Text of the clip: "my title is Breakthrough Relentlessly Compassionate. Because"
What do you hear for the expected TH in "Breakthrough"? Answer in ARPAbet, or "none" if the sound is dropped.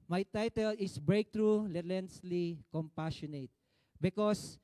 T